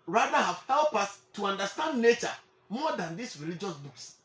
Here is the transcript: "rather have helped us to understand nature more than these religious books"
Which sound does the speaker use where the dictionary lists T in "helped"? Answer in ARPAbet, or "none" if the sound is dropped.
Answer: none